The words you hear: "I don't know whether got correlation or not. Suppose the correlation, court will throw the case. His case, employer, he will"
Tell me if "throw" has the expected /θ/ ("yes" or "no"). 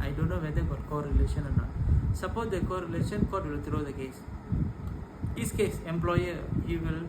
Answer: no